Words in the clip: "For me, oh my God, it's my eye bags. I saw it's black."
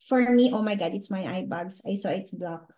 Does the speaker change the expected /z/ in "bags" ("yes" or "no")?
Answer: yes